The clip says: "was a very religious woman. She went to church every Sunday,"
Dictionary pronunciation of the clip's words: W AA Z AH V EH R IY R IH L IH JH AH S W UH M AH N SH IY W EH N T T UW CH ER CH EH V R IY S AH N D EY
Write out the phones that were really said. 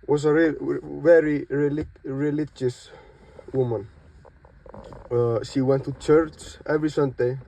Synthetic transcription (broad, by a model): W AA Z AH V EH R IY R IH L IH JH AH S W UH M AH N SH IY W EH N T T UW CH ER CH EH V R IY S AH N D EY